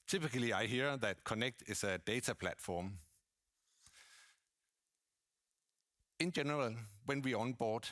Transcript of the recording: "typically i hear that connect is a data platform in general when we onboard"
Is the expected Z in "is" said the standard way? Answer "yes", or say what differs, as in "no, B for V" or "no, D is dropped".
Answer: no, S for Z